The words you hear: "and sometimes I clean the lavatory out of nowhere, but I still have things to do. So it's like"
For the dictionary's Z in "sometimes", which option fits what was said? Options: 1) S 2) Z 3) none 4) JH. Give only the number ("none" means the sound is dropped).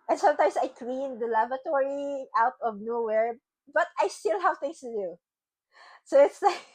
1